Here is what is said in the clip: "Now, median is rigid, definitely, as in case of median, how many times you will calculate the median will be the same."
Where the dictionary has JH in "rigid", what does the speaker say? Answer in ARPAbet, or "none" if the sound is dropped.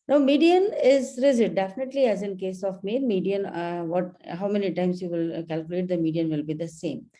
Z